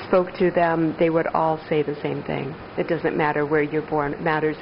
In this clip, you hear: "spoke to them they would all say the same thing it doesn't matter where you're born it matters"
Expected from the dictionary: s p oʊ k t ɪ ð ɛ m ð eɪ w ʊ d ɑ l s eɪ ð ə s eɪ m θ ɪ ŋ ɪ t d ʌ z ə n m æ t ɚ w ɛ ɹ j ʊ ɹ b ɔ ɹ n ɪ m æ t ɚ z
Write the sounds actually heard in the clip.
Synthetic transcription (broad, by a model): s p oʊ k t ɪ ð ɛ m ð eɪ w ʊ d ɑ l s eɪ ð ə s eɪ m θ ɪ ŋ ɪ t d ʌ z ə n m æ t ɚ w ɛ ɹ j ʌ ɹ b ɔ ɹ n m æ t ɚ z